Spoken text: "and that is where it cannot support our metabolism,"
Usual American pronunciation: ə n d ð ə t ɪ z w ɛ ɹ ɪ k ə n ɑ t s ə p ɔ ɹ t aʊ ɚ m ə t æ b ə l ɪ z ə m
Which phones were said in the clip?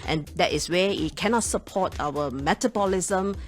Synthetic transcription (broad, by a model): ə n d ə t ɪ s w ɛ w ɪ k ə n ɑ t s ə p ɔ t aʊ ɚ m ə t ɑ b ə l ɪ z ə m